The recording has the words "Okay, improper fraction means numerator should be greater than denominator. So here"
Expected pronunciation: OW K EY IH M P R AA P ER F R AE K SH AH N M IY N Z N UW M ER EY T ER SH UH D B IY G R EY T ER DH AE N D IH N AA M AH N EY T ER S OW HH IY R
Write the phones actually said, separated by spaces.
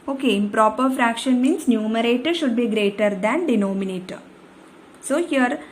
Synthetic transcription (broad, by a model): OW K EY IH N P R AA P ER F R AE K SH AH N M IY N S N UW M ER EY T SH UH D B IY G R EY T ER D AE N D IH N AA M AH N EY T S OW HH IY R